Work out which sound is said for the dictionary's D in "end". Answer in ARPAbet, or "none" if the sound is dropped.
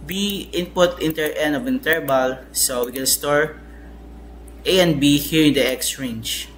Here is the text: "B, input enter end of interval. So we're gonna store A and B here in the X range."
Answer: none